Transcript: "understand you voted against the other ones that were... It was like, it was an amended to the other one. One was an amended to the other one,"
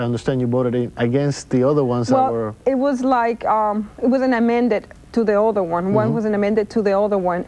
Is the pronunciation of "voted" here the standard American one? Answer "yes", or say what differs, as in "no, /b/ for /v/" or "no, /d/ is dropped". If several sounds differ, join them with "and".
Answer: no, /b/ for /v/